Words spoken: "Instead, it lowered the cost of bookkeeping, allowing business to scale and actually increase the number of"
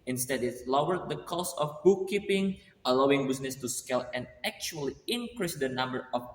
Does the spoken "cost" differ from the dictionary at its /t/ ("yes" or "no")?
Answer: yes